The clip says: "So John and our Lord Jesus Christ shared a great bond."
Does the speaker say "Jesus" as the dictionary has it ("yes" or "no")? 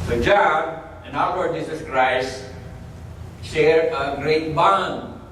yes